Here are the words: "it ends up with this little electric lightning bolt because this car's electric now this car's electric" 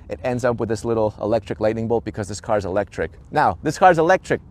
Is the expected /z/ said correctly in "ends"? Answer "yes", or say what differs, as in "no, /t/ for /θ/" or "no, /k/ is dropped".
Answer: yes